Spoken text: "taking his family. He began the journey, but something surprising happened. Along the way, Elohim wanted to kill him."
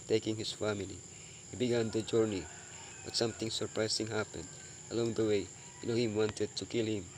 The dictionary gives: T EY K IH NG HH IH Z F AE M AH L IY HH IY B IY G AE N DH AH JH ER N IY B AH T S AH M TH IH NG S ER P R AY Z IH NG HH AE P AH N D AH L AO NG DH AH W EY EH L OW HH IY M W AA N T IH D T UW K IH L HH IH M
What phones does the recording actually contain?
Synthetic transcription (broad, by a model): T EY K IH NG HH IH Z F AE M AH L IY HH IY B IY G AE N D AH JH ER N IY B AH T S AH M T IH NG S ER P R AY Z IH NG HH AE P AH N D AH L AO NG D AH W EY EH N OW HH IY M W AA N T IH D T UW K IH L HH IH M